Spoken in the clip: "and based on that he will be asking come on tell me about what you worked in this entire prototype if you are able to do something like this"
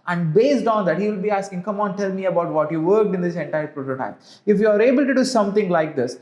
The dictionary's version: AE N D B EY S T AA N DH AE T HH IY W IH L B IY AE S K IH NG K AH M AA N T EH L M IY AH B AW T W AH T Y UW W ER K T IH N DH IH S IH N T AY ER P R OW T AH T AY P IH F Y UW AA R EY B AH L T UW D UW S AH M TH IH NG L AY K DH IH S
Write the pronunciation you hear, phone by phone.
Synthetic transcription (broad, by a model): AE N D B EY S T AA N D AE T HH IY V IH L B IY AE S K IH NG K AH M AA N T EH L M IY AH B AW T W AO T Y UW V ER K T IH N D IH S IH N T AY ER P R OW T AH T AY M IH F Y UW AA R EY B AH L T UW D UW S AH M T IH NG L AY K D IH S